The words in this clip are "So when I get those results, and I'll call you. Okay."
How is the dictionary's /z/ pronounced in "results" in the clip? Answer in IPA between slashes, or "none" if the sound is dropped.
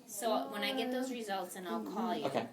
/z/